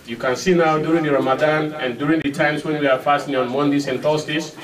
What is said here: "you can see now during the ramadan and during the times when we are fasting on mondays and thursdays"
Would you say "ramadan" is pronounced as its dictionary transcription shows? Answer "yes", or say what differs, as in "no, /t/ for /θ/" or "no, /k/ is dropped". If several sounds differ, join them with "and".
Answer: yes